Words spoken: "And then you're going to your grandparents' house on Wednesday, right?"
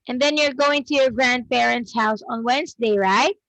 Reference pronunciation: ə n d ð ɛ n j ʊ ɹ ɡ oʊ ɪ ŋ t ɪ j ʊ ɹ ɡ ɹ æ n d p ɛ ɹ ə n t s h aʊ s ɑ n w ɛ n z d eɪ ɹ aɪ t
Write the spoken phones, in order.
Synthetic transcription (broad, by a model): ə n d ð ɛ n j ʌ ɹ ɡ oʊ ɪ ŋ t ɪ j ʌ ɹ ɡ ɹ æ n d b ɛ ɹ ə n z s h aʊ s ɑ n w ɛ n z d eɪ ɹ aɪ t